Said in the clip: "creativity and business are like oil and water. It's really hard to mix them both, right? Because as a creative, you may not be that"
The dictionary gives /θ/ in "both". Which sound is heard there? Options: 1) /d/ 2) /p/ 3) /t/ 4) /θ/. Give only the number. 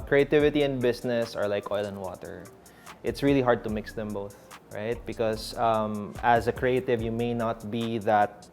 4